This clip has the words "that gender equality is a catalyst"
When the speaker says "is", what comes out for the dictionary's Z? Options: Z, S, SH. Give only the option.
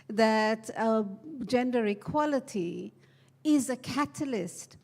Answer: Z